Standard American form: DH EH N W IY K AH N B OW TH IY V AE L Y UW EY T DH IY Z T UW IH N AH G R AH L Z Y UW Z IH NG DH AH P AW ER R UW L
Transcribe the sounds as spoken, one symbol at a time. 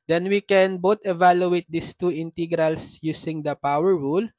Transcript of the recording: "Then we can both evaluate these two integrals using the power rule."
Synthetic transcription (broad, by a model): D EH N W IY K AH N B OW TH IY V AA L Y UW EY T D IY S T UW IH N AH G R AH L S Y UW S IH NG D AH P AW ER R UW L